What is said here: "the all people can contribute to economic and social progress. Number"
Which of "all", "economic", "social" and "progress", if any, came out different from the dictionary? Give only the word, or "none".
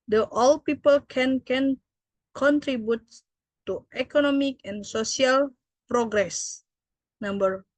social